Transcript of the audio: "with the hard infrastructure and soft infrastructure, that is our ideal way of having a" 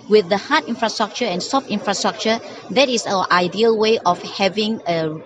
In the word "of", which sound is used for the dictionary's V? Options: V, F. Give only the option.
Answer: F